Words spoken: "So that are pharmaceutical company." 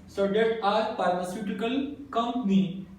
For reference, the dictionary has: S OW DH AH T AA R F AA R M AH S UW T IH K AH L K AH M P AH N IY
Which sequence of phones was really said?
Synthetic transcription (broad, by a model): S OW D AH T AA R P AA R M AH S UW T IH K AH L K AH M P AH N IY